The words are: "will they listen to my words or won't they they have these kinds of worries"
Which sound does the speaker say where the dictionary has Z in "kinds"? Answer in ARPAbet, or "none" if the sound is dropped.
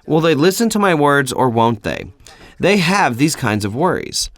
Z